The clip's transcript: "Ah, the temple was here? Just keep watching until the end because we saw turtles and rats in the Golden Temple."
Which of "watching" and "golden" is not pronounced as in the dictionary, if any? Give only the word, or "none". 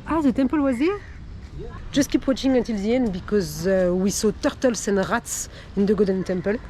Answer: golden